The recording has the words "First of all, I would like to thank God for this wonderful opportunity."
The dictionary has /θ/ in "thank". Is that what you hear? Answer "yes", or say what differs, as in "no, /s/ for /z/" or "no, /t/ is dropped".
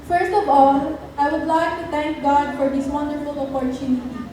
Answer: no, /t/ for /θ/